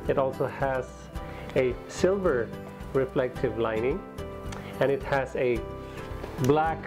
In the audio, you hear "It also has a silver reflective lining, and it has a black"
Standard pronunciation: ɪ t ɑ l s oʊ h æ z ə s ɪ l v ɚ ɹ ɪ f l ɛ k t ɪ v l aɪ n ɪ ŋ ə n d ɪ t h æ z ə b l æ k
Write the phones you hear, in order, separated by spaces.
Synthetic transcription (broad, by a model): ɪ t ɑ l s oʊ h æ z ə s ɪ l v ɚ ɹ ɪ f l ɛ k t ɪ v l aɪ n ɪ ŋ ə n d ɪ t h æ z ə b l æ k